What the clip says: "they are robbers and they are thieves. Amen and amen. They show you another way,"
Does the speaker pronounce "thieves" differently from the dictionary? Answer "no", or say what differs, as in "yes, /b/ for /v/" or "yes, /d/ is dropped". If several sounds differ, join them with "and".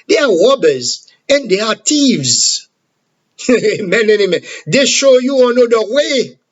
yes, /t/ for /θ/